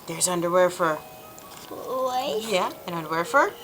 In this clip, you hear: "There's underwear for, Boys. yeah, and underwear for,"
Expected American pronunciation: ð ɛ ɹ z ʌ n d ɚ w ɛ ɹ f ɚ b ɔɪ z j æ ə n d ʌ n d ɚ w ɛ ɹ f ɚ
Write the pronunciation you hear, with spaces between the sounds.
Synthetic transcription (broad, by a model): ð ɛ ɹ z ʌ n d ɚ w ɛ ɹ f ɚ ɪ j æ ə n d ʌ n d ɚ w ɛ ɹ f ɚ